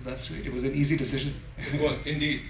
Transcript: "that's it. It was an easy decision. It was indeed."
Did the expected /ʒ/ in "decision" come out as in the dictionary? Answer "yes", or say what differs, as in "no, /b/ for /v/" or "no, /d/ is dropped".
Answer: yes